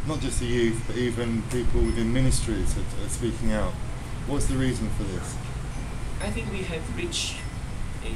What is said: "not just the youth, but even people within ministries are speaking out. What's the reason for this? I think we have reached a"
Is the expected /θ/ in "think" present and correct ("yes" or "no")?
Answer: yes